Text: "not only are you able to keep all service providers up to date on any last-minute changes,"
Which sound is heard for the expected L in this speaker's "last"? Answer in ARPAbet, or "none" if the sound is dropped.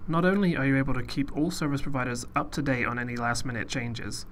L